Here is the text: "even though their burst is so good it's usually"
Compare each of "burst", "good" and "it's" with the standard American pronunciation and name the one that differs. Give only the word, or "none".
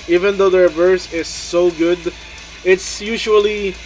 burst